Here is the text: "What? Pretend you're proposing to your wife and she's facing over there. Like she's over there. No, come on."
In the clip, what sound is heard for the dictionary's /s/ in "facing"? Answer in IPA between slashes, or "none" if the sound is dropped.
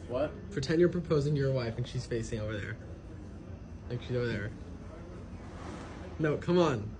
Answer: /s/